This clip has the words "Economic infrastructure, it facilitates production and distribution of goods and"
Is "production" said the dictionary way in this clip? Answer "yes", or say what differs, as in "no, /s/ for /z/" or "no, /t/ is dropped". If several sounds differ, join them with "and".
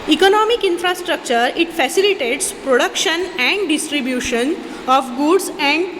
yes